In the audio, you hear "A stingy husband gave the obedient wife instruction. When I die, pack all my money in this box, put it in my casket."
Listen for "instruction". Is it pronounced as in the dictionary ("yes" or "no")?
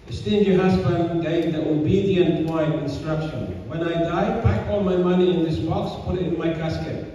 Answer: yes